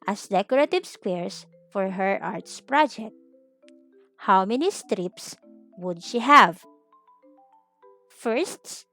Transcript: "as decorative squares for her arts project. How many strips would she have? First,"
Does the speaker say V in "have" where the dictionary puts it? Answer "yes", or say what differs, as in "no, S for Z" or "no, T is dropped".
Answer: yes